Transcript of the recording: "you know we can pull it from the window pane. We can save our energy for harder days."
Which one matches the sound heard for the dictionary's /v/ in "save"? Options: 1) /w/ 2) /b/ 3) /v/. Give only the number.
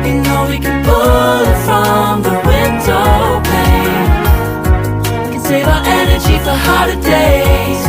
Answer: 3